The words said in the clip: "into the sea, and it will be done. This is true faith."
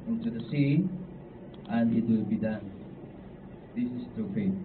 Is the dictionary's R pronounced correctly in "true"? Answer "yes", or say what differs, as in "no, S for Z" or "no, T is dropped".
no, R is dropped